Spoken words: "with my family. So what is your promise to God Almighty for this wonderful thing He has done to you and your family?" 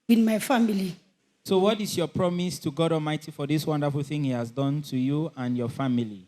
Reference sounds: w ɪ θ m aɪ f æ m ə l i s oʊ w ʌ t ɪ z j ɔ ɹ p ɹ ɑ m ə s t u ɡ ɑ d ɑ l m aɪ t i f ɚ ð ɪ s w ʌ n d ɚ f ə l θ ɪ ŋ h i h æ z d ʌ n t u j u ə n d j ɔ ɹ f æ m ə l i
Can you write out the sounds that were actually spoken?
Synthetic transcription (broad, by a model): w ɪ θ m aɪ f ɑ m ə l i s oʊ w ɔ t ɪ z j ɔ p ɹ ɑ m ə s t u ɡ ɑ d ɑ l m aɪ t i f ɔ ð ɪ s w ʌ n d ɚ f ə l θ ɪ ŋ h i h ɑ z d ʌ n t u j u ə n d j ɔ f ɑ m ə l i